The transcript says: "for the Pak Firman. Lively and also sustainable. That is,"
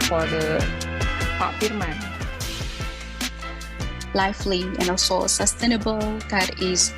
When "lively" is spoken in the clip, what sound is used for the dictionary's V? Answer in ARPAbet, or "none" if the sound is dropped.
F